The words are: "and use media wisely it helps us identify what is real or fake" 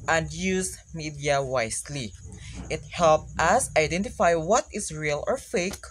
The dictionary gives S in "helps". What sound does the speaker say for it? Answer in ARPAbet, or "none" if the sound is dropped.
none